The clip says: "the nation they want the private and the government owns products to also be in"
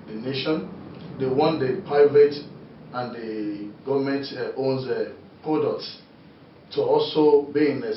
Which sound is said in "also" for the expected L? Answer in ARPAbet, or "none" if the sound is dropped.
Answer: L